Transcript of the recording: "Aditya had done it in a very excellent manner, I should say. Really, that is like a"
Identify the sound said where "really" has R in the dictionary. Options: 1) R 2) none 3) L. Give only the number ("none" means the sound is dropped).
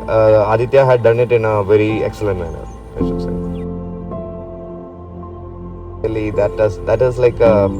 3